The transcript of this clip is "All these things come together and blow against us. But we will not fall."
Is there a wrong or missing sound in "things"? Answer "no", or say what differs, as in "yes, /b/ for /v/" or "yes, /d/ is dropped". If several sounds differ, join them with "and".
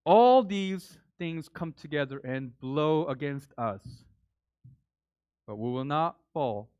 no